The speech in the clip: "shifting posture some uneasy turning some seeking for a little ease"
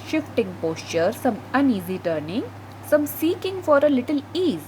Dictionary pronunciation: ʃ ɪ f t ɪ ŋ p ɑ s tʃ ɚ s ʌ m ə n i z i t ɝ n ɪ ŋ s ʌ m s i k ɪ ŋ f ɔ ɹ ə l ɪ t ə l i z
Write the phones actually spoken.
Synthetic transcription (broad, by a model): ʃ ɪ f t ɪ ŋ p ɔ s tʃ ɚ s ʌ m ə n i z i t ɝ n ɪ ŋ s ʌ m s i k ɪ ŋ f ɔ ɹ ə l ɪ t ə l i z